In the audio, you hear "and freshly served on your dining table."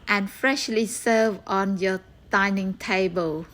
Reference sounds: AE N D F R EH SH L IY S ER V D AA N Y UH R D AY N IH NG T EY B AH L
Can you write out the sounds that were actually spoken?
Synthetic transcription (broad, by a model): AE N F R EH SH L IY S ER V AA N Y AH D AY N IH NG T EY B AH L